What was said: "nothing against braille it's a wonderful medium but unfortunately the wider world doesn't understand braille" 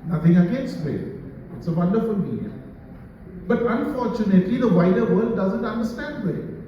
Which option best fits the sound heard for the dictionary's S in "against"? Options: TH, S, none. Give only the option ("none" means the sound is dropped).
none